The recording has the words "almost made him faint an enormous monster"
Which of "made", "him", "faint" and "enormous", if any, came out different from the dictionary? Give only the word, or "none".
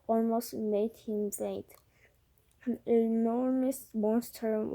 faint